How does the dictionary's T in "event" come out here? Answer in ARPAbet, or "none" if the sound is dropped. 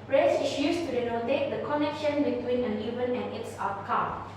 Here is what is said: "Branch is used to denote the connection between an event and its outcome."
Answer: none